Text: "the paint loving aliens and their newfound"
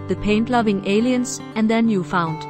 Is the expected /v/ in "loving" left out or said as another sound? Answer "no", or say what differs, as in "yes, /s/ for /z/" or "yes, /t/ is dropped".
no